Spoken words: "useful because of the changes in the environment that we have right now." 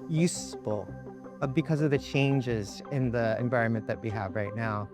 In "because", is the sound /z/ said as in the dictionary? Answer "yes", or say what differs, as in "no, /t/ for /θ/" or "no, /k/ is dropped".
yes